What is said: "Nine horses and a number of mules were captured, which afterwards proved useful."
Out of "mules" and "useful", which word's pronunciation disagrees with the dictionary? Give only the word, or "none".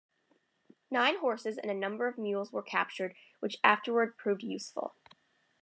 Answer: none